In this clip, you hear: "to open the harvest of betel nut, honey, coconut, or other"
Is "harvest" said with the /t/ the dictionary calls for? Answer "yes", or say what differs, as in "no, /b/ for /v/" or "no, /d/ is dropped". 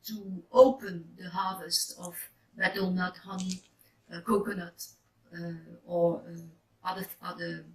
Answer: yes